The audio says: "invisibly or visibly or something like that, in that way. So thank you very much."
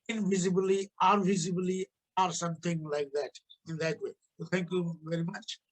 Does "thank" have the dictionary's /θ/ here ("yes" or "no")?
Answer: no